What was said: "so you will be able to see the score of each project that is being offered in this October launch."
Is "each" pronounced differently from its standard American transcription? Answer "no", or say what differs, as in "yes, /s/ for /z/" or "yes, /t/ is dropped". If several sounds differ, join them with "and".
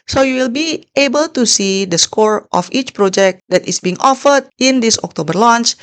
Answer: no